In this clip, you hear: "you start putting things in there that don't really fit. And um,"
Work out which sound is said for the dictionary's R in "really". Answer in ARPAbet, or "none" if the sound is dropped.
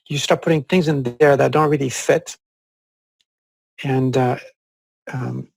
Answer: R